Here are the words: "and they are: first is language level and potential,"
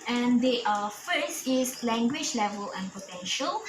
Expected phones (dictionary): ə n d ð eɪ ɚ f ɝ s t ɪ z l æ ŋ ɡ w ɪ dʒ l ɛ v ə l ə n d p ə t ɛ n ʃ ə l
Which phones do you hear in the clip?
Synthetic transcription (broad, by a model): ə n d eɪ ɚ f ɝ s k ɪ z l æ ŋ ɡ w ɪ dʒ l ɛ v ə l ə n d p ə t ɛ n ʃ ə l